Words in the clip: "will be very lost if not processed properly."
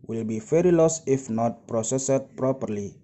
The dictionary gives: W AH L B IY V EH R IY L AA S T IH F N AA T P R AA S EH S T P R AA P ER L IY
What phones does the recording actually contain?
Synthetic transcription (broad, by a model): W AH L B IY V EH R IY L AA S IH F N AA T P R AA S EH S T P R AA P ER L IY